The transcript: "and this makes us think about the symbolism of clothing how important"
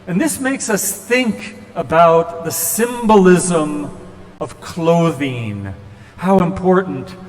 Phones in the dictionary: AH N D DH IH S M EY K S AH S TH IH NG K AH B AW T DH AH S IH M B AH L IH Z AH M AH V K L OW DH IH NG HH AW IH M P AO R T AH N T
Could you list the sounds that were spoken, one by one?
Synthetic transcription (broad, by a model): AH N DH IH S M EY K S AH S TH IH NG K AH B AW T DH AH S IH M B AH L IH Z AH M AH V K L OW DH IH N HH AW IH M P AO R T N T